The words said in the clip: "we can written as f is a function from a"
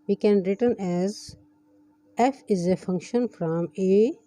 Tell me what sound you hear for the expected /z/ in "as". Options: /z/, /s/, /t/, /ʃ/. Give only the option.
/z/